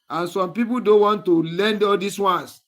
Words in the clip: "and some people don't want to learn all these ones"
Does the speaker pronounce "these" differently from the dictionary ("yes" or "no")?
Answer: yes